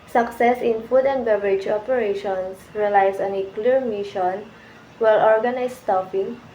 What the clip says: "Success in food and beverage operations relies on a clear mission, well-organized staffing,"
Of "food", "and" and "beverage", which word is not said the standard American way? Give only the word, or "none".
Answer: none